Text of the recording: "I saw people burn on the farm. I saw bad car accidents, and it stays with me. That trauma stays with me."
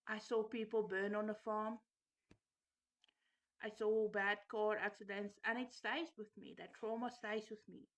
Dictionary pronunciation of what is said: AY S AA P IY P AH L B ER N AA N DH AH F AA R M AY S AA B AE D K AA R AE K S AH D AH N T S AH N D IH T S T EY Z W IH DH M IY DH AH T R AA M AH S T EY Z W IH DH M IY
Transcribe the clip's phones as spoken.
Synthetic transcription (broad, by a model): AY S AA P IY P AH L B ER N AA N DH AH F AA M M AY S AA B AE D K AA R AE K S AH D AH N T S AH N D IH T S T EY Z W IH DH M IY DH AH T R AA M AH S T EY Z W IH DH M IY